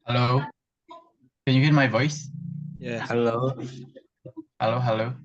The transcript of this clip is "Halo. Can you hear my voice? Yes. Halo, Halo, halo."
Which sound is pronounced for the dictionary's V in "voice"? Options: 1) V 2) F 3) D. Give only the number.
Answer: 1